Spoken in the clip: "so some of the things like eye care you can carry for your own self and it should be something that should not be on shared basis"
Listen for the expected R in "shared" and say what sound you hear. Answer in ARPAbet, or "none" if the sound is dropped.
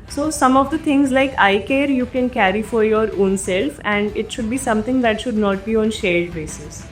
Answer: L